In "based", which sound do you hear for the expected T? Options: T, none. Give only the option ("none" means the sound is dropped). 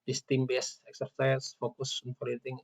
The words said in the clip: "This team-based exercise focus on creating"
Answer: none